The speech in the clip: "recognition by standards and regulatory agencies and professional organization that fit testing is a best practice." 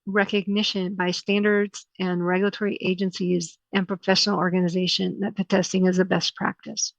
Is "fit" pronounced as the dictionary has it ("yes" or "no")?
no